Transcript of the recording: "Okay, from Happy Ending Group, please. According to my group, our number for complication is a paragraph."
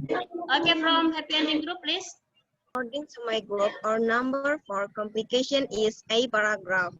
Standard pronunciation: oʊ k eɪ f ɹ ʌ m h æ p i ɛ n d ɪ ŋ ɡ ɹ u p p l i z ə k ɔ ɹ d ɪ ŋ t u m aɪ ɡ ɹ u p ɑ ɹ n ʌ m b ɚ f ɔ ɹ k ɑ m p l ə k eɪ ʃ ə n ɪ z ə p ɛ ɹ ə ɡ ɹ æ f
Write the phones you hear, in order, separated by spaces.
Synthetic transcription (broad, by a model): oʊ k eɪ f ɹ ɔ m h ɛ p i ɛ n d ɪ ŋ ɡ ɹ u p p l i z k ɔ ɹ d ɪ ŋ t u m aɪ ɡ ɹ u p ɑ ɹ n ʌ m b ɚ f ɔ ɹ k ɑ m p l ə k eɪ ʃ ə n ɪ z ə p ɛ ɹ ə ɡ ɹ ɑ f